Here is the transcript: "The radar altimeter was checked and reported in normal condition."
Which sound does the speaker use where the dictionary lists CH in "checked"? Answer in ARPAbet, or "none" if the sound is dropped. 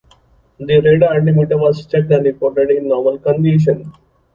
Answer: S